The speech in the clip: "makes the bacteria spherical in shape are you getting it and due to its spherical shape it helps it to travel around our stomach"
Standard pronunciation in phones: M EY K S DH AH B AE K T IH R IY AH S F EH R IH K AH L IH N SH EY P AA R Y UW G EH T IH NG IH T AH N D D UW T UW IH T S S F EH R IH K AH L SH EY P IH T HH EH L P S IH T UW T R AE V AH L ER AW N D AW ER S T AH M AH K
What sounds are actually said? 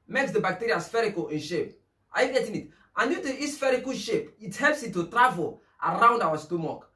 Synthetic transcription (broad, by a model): M EY K S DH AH B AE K T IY R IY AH S F EH R IH K AH L IH N SH EY P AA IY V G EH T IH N IH T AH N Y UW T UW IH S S F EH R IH K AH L SH EY P IH T HH EH L P S IH T UW T R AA V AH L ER AW N D AW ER S T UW M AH K